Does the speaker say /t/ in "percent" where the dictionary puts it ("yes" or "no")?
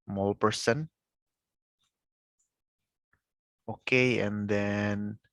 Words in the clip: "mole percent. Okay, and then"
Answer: no